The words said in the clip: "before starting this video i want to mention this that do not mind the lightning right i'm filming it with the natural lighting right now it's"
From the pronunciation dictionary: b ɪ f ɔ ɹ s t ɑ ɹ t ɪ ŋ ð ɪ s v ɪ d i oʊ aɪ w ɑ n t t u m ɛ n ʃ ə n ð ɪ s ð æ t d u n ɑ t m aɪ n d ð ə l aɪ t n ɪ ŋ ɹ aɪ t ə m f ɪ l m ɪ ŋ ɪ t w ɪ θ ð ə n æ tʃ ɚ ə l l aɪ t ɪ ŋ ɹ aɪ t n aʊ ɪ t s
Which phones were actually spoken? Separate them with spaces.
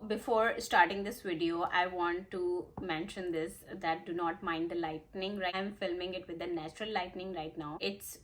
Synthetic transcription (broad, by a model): b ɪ f ɔ ɹ s t ɑ ɹ t ɪ ŋ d ɪ s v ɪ d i oʊ aɪ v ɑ n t t u m ɛ n ʃ ə n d ɪ s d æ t d u n ɑ t m aɪ n d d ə l aɪ t n ɪ ŋ ɹ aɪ ə m f ɪ l m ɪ ŋ ɪ t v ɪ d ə n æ tʃ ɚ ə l l aɪ t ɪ ŋ ɹ aɪ t n aʊ ɪ t s